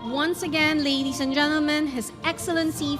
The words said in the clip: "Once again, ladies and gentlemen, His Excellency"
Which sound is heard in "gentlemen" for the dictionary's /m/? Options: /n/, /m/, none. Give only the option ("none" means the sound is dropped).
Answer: /m/